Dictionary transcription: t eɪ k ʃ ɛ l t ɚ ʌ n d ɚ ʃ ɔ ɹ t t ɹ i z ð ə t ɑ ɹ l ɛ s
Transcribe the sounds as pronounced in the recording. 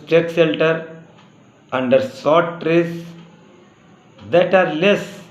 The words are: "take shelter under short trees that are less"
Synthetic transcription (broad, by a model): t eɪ k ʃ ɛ l t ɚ ʌ n d ɚ s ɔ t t ɹ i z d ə t ɑ ɹ l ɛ s